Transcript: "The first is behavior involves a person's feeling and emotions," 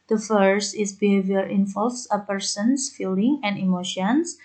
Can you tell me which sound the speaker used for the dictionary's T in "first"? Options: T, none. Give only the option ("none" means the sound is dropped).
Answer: T